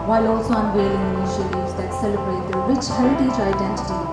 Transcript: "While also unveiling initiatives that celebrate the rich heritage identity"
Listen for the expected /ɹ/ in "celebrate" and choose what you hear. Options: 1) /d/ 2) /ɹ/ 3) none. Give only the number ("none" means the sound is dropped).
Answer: 2